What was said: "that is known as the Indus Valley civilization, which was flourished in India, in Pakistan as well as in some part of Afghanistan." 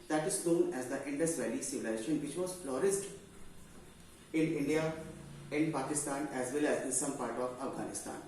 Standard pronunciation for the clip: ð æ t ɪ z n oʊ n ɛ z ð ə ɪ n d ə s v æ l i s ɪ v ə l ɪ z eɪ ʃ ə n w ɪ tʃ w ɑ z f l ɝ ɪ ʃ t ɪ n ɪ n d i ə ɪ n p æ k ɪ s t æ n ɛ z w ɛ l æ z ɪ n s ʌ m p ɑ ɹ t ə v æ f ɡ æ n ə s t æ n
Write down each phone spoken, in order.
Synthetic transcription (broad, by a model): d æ t ɪ z n oʊ n ɛ z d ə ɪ n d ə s v æ l i s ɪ v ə l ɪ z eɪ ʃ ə n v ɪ tʃ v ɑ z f l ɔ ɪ s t ɪ n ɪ n d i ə ɪ n p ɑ k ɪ s t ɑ n ɛ z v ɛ l æ z ɪ n s ʌ m p ɑ ɹ t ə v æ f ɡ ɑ n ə s t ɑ n